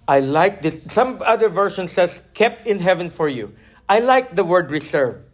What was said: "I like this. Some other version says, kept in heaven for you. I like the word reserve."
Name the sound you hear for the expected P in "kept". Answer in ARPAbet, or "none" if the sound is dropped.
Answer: P